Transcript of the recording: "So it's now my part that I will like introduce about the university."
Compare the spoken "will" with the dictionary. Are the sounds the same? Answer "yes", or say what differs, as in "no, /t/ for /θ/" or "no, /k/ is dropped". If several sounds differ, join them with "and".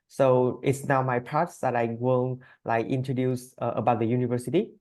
no, /n/ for /l/